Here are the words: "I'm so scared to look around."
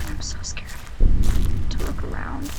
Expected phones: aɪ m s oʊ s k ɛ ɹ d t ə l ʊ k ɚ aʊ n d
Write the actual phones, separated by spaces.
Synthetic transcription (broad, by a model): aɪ m s oʊ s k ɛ ɹ t ə w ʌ k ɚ aʊ n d